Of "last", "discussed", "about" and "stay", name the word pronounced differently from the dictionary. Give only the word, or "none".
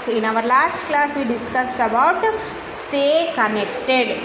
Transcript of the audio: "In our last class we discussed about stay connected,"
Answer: none